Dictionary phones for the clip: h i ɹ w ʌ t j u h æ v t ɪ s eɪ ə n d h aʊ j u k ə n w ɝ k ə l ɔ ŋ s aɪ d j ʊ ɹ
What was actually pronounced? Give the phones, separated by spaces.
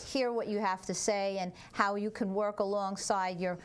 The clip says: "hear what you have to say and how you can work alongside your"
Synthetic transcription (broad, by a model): h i ɹ w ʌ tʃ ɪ h æ f t ɪ s eɪ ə n h aʊ j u k ə n w ɝ k ə l ɔ ŋ s aɪ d j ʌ ɹ